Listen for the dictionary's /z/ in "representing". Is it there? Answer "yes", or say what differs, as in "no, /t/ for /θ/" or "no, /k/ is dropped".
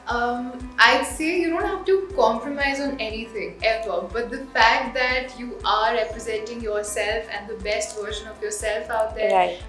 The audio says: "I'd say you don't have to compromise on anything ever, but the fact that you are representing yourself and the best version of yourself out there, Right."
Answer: yes